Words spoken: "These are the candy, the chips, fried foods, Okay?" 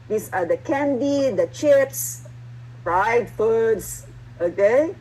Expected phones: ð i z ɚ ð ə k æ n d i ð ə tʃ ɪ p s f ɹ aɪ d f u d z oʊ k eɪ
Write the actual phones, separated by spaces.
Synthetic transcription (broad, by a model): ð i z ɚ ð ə k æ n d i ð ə tʃ ɪ p s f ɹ aɪ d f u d s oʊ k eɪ